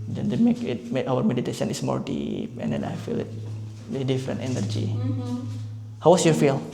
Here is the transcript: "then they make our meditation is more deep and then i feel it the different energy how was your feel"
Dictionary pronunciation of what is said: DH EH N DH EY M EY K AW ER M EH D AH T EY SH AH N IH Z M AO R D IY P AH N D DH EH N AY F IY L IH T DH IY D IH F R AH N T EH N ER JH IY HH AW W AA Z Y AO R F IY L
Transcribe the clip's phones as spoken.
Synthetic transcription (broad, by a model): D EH N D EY M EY K AW ER M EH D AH T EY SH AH N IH S M AO R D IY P AH N D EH N AY F IY L IH T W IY D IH F R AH N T EH N ER JH IY HH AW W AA S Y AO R F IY L